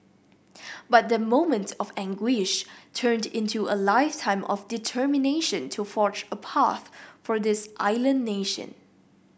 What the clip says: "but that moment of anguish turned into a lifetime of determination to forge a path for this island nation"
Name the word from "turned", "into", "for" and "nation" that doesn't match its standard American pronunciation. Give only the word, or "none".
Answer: none